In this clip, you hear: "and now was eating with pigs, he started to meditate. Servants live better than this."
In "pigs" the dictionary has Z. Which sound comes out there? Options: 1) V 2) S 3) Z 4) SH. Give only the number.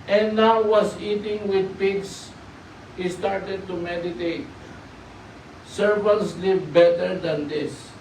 2